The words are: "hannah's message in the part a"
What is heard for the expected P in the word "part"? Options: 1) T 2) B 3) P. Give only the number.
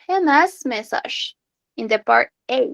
3